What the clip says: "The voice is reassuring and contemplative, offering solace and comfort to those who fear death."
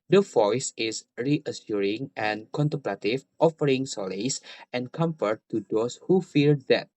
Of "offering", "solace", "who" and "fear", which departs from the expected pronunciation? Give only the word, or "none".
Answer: fear